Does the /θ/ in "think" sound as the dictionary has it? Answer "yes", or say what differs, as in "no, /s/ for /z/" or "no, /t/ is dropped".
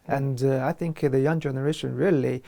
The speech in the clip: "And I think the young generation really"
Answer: yes